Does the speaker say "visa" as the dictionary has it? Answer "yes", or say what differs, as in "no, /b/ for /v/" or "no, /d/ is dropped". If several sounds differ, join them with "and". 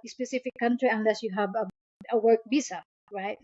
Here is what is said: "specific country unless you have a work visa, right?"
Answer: no, /b/ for /v/